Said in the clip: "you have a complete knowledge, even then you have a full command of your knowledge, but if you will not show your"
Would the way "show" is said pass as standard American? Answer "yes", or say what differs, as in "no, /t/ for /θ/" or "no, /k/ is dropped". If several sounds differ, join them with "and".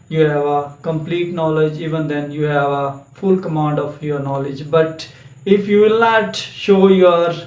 yes